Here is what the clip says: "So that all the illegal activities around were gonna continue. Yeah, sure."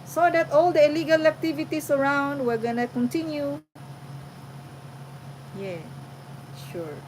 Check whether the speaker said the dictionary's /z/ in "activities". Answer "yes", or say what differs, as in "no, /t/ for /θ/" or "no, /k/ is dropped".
no, /s/ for /z/